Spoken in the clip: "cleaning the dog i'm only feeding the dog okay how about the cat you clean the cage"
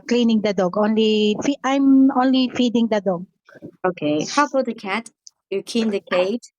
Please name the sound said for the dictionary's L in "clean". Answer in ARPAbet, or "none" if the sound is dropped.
none